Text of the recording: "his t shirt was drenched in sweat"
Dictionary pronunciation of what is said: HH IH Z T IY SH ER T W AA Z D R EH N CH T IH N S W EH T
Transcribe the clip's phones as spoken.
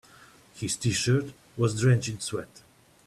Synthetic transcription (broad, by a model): HH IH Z T IY SH ER T W AA Z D R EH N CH IH N S W EH T